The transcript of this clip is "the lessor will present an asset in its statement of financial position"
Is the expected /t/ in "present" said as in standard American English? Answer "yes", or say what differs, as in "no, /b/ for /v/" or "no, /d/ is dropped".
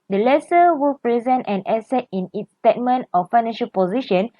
yes